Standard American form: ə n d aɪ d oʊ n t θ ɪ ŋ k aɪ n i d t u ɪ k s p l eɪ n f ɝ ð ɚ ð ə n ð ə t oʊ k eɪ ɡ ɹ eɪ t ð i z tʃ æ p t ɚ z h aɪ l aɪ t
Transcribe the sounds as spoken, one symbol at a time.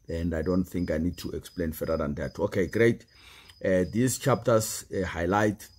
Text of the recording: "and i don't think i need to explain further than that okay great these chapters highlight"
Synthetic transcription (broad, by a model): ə n d aɪ d oʊ n t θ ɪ ŋ k aɪ n i d t u ɪ k s p l eɪ n f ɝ ɑ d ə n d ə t oʊ k eɪ ɡ ɹ eɪ t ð i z tʃ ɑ p t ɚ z h aɪ l aɪ t